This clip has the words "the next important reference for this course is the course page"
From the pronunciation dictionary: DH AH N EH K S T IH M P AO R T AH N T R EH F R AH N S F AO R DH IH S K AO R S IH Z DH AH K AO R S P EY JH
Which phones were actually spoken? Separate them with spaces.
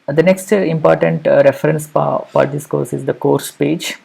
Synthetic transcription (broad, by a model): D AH N EH K S T IH M P AO R T AH N T R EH F R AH N S P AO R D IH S K AO R S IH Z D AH K AO R S P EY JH